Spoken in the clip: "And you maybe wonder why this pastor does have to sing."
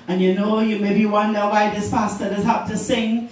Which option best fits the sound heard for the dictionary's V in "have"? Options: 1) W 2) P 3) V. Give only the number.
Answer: 2